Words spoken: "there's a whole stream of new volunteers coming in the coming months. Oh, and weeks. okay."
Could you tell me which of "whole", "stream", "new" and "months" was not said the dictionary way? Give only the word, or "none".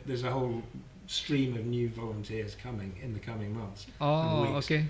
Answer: none